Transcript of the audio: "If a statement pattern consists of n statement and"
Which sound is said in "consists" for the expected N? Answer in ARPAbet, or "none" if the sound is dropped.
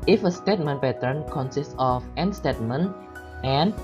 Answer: N